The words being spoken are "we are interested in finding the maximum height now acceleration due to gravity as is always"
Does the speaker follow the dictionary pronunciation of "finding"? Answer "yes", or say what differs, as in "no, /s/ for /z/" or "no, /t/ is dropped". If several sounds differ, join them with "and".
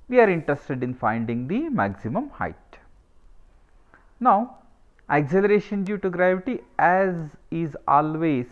yes